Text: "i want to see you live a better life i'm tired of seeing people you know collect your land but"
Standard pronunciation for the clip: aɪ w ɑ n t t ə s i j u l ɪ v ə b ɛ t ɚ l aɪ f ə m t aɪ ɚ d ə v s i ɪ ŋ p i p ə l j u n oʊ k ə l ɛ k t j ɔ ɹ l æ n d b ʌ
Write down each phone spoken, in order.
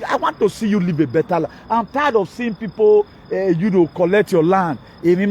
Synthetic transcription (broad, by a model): aɪ w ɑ n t t ə s i j u l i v ə b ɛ t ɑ l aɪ ə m t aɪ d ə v s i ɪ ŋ p i p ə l j u n oʊ k ə l ɛ k t j ɔ l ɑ n d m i